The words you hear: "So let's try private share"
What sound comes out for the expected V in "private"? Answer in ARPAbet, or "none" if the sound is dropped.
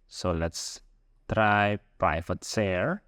F